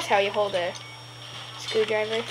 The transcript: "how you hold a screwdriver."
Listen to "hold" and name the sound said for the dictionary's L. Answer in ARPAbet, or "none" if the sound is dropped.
L